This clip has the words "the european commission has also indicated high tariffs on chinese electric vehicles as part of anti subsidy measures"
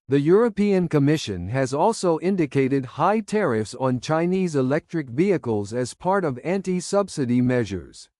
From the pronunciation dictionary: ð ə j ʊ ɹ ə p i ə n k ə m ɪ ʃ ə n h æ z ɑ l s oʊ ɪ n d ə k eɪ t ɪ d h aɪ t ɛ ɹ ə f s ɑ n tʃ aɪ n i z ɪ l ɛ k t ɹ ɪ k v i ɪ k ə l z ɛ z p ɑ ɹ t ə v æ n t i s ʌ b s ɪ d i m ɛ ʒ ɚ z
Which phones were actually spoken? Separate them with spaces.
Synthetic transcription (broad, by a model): ð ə j ʊ ɹ ə p i ə n k ə m ɪ ʃ ə n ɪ z ɑ l s oʊ ɪ n d ə k eɪ t ɪ d h aɪ t ɛ ɹ ə f s n tʃ aɪ n i z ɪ l ɛ k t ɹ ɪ k v i ɪ k ə l z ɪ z p ɑ ɹ t ə v æ n t i s ʌ b s ɪ d i m ɛ ʒ ɚ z